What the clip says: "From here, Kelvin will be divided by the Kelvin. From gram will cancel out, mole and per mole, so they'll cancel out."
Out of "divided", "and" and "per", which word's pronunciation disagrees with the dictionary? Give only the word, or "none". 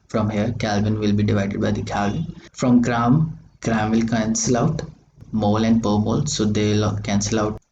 none